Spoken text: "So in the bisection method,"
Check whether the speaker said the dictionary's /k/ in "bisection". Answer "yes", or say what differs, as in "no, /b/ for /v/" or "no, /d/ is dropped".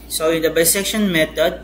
yes